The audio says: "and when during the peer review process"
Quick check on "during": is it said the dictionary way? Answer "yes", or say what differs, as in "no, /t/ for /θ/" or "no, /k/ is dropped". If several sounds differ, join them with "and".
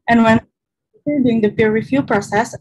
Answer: no, /ɹ/ is dropped